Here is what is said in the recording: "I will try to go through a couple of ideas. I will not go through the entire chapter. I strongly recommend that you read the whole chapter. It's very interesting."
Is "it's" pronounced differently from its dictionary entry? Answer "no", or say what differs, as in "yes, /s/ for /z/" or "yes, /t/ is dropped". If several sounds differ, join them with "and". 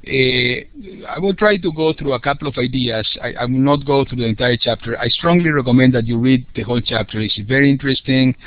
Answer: yes, /s/ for /t/